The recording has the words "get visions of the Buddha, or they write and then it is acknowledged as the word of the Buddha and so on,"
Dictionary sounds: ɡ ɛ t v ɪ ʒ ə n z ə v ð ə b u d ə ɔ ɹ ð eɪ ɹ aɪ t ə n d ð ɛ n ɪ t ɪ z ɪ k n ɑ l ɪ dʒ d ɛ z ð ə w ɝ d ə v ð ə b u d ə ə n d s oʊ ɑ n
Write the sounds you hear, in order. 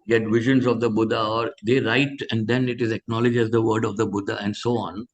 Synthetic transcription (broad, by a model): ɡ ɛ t v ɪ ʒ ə n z ə v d ə b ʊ d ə ɔ ɹ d eɪ ɹ aɪ t ə n d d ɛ n ɪ t ɪ z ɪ k n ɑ l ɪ dʒ ɛ z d ə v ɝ d ə v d ə b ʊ d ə ə n d s oʊ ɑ n